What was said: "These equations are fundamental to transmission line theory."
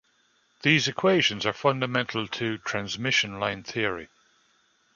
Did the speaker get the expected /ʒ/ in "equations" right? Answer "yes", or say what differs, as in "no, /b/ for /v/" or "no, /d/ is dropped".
yes